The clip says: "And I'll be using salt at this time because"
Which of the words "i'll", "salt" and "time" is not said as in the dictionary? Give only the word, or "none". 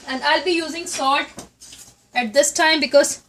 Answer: salt